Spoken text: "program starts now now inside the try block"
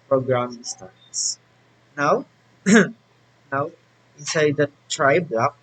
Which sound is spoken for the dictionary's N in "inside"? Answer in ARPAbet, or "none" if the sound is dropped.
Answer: none